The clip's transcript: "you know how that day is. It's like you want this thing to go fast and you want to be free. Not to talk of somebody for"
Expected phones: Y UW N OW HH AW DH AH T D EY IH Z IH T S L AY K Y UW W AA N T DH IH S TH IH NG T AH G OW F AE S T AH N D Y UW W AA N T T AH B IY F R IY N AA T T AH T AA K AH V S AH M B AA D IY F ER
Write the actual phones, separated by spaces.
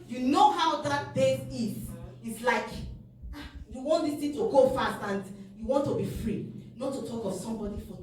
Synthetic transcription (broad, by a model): Y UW N OW HH AW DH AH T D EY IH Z IH T S L AY K Y UW W AA N T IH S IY T AH G OW F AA S T AH N D Y UW W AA N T T AH B IY F R IY N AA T T AH T AA K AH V S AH M B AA D IY F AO